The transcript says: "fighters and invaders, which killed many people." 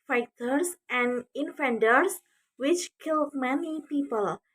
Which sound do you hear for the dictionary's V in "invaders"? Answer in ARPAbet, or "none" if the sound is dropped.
F